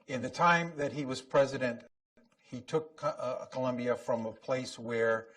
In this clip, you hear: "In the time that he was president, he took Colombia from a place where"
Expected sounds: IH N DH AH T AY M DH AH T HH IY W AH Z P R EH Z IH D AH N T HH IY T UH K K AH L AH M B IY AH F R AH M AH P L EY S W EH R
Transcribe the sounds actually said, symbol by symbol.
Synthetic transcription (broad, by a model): IH N DH AH T AY M DH AH T HH IY W AH Z P R EH Z IH D AH N T HH IY T UH K K AH L AH M B IY AH F R AH M AH P L EY S W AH R